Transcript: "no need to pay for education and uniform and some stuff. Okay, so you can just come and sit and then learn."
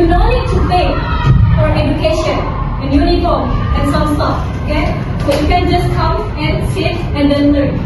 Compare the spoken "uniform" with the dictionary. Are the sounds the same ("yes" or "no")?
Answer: no